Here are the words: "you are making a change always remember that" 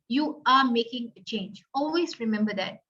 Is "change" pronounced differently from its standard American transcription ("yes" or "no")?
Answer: no